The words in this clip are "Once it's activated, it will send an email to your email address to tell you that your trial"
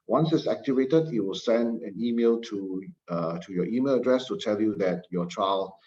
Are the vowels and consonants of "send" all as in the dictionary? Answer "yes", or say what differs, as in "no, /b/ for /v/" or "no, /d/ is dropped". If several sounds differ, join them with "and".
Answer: yes